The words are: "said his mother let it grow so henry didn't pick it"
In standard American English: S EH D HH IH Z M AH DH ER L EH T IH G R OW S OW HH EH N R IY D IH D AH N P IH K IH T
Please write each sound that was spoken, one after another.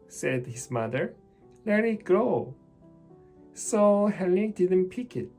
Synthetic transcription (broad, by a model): S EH D HH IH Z M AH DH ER L EH T IH G R OW S OW HH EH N IY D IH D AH N P IH K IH T